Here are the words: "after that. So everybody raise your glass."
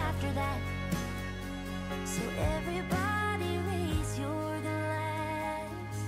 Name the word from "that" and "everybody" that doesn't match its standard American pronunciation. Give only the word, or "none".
none